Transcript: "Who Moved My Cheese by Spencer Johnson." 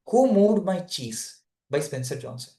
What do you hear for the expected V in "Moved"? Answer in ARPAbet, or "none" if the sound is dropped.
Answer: none